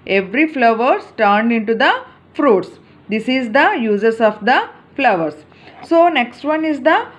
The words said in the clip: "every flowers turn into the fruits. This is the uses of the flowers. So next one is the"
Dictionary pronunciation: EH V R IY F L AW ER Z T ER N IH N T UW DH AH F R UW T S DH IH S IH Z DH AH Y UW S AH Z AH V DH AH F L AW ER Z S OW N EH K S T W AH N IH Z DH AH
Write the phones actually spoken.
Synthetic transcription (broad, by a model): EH V R IY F L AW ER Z T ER N IH N T UW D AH F R UW T S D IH S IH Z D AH Y UW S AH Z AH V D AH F L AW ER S S OW N EH K S T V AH N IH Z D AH